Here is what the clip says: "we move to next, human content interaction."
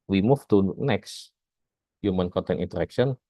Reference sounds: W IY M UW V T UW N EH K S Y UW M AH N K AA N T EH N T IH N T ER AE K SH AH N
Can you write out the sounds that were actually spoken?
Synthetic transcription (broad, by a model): W IY M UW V T UW N EH K S Y UW M AH N K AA N T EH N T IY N T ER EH K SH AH N